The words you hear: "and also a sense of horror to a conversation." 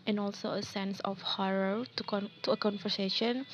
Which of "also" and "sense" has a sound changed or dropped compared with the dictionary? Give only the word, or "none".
none